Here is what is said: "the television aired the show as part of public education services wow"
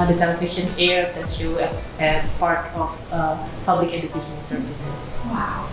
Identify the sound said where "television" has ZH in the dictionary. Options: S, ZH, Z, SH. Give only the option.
SH